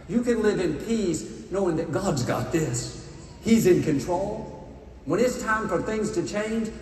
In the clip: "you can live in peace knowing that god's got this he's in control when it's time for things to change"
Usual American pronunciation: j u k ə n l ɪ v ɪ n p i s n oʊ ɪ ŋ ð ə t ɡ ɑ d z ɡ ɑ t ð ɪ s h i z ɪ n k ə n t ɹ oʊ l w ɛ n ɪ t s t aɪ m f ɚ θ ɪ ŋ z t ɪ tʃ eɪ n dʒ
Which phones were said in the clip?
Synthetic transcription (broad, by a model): j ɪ k ə n l ɪ v ɪ n p i s n oʊ ɪ ŋ ð ə t ɡ ɑ d z ɡ ɑ t ð ɪ s h i z ɪ n k ə n t ɹ oʊ l w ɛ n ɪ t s t aɪ m f ɚ θ ɪ ŋ z t ɪ tʃ eɪ n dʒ